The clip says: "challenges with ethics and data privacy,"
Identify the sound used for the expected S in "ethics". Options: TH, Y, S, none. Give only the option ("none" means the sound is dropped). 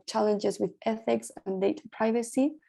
S